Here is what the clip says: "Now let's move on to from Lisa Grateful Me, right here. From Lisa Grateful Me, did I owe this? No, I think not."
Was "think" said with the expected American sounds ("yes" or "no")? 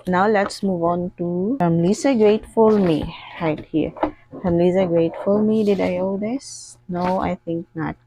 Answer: no